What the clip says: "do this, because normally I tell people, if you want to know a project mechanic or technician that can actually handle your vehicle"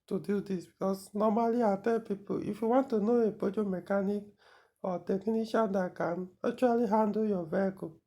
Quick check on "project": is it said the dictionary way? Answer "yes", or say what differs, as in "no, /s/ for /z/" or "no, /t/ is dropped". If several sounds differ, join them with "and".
no, /ɹ/ is dropped